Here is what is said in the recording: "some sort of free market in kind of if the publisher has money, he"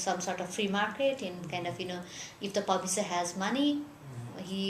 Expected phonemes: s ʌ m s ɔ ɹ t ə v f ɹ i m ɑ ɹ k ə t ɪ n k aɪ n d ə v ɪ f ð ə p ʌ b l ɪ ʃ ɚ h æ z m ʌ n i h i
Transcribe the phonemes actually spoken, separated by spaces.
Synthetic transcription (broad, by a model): s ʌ m s ɔ ɹ t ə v f ɹ i m ɑ ɹ k ə t ɪ n k aɪ n d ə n ɪ f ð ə p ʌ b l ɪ s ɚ h æ z m ʌ n i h i